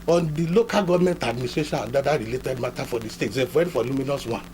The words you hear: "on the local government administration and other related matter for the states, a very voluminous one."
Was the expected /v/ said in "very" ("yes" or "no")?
no